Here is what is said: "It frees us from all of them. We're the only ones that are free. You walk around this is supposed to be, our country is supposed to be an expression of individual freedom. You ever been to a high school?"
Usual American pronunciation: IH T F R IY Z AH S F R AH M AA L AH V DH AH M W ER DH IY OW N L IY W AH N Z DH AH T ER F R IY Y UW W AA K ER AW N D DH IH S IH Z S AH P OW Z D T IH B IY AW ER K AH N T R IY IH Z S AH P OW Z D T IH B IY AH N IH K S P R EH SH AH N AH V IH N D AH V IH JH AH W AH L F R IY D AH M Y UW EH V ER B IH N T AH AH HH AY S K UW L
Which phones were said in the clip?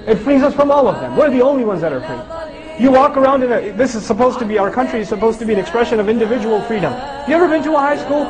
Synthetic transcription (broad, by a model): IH T F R IY Z AH S F R AH M AA L AH V DH AH M W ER DH IY OW N L IY W AH N Z DH AH T ER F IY Y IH W AA K ER AW N D DH IH S IH Z S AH P OW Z T IH B IY AW ER K AH N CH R IY IH Z S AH P OW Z T IH B IY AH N IH K S P R EH SH AH N AH V IH N D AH V IH JH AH W L F R IY D AH M Y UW EH V ER B IH N T AH AH HH AY S K UW L